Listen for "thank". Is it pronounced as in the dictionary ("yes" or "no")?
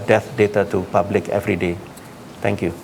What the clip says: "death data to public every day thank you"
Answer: no